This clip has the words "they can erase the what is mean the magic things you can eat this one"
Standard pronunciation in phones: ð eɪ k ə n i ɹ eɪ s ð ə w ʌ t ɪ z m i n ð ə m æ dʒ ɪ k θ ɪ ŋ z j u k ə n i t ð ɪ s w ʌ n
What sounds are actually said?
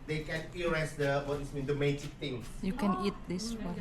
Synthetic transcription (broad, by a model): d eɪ k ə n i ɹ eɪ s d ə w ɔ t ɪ s m i n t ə m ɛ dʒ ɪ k t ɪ ŋ s j u k ə n i t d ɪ s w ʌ